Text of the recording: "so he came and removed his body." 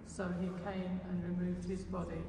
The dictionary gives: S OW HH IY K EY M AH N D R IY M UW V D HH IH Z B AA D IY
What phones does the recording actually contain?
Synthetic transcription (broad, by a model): S OW IY K EY M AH N R IY M UW V D HH IH Z B AA D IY